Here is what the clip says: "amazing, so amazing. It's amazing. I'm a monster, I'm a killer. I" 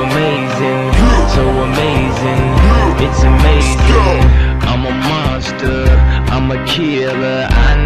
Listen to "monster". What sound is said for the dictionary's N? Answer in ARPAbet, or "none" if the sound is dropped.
none